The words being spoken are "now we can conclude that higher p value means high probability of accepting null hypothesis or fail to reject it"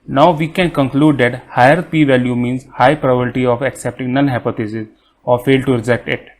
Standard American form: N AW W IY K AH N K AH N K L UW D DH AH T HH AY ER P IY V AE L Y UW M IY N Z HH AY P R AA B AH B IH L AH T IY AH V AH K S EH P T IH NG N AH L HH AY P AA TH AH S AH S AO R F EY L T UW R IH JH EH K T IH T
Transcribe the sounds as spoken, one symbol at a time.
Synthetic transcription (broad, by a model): N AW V IY K AH N K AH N K L UW D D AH T HH AY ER P IY V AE L Y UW M IY N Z HH AY P R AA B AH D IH T IY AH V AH K S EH P T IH NG N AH N HH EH P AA T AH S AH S AO R F EY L T UW R IH JH EH K T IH T